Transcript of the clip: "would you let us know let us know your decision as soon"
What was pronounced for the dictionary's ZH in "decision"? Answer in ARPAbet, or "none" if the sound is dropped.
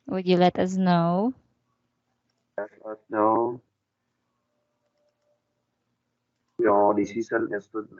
S